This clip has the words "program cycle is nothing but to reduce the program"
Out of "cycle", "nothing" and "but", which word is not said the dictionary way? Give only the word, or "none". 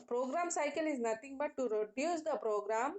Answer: nothing